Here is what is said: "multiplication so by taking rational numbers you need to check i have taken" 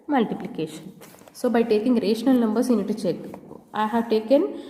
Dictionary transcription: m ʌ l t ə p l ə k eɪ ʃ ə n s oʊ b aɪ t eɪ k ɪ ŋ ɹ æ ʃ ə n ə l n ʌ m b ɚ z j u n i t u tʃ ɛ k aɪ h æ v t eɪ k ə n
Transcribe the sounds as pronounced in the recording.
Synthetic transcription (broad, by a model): m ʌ l t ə p l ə k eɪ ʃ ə n s oʊ b aɪ t eɪ k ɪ ŋ ɹ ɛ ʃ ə n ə l n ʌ m b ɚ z j u n i t u tʃ ɛ k aɪ h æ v t eɪ k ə n